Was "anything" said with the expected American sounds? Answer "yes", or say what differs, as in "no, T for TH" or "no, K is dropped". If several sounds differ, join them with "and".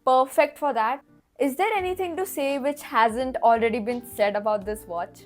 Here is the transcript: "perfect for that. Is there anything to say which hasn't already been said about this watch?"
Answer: no, T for TH